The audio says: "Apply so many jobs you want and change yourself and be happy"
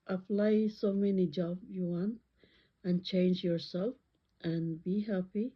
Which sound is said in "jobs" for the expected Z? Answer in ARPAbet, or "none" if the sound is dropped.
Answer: none